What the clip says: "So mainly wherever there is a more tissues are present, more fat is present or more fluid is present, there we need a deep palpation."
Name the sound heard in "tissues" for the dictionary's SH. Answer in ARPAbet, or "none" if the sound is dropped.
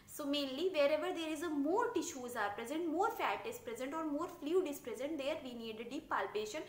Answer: SH